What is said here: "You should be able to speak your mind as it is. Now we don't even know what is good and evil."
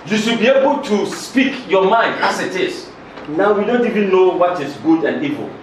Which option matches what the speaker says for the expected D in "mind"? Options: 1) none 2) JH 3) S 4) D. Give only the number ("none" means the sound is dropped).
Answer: 4